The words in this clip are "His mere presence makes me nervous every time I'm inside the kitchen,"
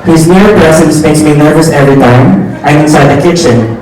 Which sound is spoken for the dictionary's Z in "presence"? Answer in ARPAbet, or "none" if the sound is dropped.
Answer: S